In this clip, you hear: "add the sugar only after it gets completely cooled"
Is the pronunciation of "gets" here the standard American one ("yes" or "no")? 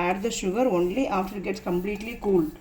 yes